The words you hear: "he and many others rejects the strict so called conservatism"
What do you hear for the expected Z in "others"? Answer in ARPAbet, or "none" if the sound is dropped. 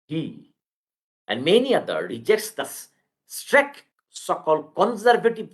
none